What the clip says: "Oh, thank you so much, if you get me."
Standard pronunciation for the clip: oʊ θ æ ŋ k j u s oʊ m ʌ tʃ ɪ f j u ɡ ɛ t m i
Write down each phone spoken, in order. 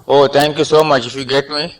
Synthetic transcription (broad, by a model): oʊ t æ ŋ k j u s oʊ m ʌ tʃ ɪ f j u ɡ ɛ t m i